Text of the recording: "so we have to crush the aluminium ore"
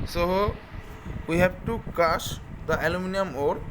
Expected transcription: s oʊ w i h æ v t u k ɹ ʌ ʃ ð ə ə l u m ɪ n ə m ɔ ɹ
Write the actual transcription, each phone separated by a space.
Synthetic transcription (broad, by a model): s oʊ w i h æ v t u k ʌ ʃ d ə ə l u m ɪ n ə m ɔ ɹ